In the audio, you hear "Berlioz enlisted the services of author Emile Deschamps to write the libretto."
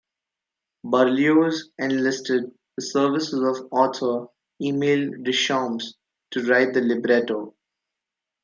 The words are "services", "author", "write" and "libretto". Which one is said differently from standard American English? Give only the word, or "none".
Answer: author